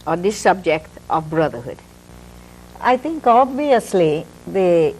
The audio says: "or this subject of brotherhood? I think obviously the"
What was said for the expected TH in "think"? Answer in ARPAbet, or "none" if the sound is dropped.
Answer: T